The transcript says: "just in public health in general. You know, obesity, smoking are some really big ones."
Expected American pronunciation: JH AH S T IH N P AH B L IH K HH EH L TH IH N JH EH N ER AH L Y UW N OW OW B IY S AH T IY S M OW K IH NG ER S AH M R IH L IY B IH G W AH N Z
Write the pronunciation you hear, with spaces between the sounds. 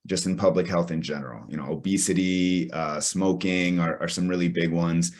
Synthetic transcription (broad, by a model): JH AH S T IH N P AH B L IH K HH EH L TH IH N JH EH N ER AH L Y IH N OW OW B IY S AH T IY S M OW K IH NG ER S AH M R IH L IY B IH G W AH N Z